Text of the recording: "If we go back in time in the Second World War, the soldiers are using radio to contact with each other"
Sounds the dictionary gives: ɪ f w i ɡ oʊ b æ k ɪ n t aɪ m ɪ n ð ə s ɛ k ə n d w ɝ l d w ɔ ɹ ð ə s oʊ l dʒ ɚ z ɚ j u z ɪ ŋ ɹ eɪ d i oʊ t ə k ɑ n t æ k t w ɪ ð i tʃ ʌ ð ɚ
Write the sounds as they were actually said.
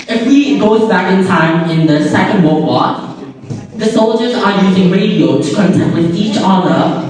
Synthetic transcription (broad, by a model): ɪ f w i ɡ oʊ b æ k ɪ n t aɪ m ɪ n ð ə s ɛ k ə n d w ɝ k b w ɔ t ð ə s oʊ l dʒ ɚ z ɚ j u z ɪ ŋ ɹ eɪ d i oʊ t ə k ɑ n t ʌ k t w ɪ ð i tʃ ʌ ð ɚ